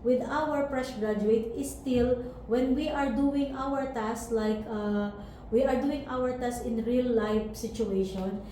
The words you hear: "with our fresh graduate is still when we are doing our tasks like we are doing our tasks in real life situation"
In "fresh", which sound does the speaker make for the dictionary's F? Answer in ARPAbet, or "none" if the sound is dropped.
P